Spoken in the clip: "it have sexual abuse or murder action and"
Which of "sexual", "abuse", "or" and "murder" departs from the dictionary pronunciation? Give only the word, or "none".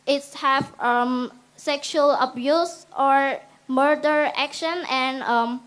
none